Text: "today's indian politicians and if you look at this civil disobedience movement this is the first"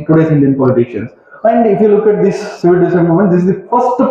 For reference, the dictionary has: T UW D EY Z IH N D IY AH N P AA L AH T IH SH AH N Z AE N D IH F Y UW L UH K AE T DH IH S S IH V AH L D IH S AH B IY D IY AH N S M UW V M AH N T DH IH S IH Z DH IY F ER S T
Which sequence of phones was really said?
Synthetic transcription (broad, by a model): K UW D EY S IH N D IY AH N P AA L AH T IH SH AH N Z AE N D IH F Y UW L UH K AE T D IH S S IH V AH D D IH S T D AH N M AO M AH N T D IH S IH Z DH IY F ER S T